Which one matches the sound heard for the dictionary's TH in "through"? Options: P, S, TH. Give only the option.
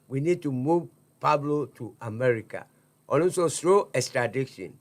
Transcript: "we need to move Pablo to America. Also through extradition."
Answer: S